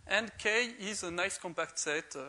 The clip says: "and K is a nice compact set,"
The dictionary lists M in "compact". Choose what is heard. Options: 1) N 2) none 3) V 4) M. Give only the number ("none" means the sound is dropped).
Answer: 4